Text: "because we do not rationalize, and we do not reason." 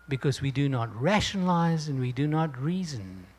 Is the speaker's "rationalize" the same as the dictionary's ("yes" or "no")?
yes